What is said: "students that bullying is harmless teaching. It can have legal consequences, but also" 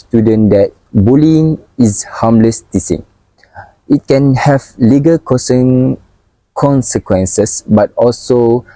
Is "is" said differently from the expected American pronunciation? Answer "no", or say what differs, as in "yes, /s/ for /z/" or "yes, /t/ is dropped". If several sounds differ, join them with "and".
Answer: yes, /s/ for /z/